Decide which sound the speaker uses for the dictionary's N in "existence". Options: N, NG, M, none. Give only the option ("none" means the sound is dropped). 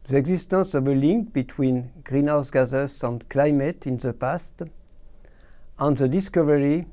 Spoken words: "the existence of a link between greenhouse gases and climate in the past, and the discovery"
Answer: none